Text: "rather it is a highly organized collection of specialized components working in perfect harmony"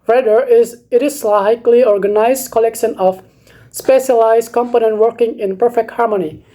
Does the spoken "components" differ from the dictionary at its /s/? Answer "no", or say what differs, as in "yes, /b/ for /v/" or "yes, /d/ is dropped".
yes, /s/ is dropped